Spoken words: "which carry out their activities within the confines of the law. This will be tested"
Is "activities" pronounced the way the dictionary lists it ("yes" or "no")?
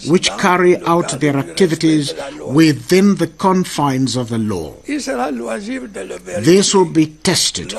yes